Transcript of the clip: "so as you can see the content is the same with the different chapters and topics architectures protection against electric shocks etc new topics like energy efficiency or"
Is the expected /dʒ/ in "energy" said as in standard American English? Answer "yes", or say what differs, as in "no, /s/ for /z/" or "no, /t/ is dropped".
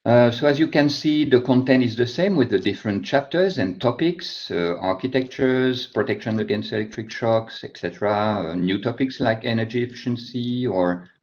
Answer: yes